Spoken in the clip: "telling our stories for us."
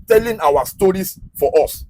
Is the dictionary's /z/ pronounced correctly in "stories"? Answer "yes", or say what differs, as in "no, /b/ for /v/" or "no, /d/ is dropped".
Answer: no, /s/ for /z/